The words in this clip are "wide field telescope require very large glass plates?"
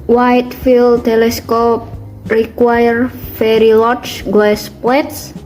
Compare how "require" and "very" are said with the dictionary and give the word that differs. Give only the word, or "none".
very